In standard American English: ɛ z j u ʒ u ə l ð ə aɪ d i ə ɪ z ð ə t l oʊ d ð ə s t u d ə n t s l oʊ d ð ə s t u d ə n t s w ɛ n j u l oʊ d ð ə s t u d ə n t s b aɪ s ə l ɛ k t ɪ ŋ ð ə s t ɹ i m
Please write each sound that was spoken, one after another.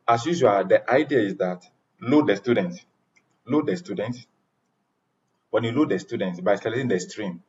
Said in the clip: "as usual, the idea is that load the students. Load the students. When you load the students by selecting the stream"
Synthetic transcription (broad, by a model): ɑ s j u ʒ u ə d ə aɪ d i ə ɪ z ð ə t l oʊ d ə s t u d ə n t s l oʊ d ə s t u d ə n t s w ɛ n j u l oʊ d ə s t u d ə n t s b aɪ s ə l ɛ t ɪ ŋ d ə s t ɹ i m